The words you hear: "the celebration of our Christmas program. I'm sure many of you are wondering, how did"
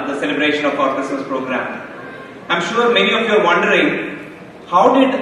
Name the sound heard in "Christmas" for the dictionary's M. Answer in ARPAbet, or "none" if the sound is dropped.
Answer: none